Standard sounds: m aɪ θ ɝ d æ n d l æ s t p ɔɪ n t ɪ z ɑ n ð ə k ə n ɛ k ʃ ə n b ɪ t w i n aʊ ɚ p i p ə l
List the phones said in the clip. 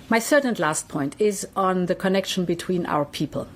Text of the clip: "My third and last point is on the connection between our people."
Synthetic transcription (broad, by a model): m aɪ s ɝ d n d l æ s t p ɔɪ n t ɪ z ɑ n ð ə k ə n ɛ k ʃ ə n b ɪ t w i n aʊ ɚ p i p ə l